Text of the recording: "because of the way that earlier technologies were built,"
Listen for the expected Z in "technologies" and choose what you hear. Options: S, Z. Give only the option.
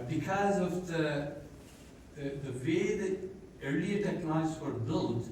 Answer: S